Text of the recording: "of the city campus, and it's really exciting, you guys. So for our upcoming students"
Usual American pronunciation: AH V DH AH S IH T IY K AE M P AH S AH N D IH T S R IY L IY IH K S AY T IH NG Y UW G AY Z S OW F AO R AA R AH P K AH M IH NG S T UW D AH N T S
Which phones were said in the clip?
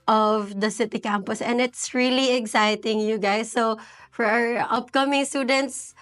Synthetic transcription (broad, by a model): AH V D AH S IH T IY K AE M P AH S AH N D IH T S R IY L IY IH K S AY T IH NG Y UW G AY S OW F AO R AA R AH P K AH M IH NG S T UW D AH N T S